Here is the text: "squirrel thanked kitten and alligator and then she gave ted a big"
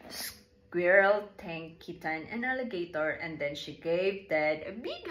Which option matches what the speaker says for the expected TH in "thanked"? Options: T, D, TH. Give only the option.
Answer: T